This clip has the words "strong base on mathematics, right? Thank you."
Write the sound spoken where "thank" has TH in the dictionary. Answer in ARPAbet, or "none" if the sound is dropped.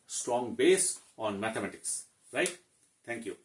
T